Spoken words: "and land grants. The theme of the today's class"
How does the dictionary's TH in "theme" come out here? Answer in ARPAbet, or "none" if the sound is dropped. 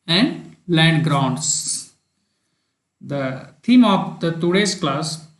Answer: T